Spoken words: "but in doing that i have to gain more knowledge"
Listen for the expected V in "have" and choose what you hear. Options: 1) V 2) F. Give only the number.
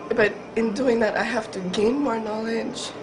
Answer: 2